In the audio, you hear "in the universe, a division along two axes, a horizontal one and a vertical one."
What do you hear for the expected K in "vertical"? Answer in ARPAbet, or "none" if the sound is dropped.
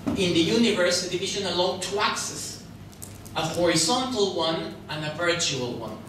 none